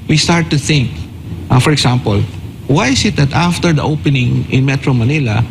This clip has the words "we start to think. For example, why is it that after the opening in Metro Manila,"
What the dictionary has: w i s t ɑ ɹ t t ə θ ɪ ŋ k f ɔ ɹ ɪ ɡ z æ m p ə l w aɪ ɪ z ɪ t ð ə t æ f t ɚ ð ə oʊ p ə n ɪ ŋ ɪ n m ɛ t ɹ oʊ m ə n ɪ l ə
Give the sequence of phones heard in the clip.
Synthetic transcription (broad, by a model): w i s t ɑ ɹ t t ə θ ɪ ŋ k f ɔ ɹ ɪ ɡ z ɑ m p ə l w aɪ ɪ s ɪ t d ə t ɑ f t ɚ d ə oʊ p ə n ɪ ŋ ɪ n m ɛ t ɹ oʊ m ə n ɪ l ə